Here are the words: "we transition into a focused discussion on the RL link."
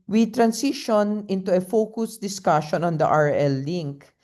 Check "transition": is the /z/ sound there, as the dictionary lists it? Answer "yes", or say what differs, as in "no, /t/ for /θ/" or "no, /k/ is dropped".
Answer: no, /s/ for /z/